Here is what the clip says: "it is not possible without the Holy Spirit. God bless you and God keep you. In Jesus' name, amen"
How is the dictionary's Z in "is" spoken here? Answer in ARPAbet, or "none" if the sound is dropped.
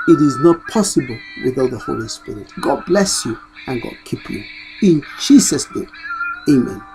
Z